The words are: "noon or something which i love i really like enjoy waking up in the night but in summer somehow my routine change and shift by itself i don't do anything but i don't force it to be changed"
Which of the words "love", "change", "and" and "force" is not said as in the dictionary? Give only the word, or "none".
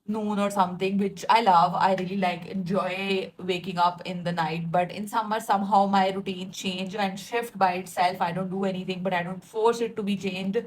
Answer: none